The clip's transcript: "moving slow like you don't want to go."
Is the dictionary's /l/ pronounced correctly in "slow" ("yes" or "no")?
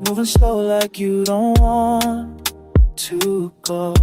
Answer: no